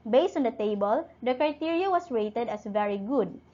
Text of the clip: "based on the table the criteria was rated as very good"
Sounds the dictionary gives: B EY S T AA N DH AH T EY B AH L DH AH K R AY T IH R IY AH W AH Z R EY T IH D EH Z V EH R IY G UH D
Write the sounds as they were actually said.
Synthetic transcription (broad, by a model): B EY S T AA N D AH T EY B AH L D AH K R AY T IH R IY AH W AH S R EY T IH D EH S V EH R IY G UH D